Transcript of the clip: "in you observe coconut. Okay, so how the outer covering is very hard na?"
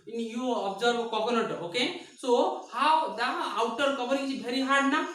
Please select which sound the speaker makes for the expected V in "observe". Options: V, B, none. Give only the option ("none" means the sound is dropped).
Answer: B